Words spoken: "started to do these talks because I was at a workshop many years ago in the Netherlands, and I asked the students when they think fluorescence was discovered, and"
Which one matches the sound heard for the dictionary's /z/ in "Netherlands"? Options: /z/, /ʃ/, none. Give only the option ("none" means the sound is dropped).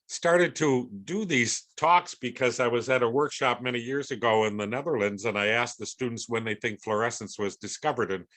/z/